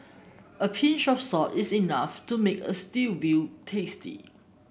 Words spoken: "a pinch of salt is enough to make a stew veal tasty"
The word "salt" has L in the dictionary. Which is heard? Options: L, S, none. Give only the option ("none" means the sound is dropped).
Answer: none